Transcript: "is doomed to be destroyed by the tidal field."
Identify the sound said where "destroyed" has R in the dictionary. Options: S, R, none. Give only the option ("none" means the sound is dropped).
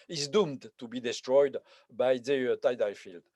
R